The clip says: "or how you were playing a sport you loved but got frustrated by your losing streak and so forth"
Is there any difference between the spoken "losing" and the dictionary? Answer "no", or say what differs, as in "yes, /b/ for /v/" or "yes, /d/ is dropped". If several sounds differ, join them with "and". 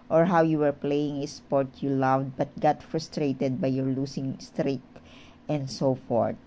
yes, /s/ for /z/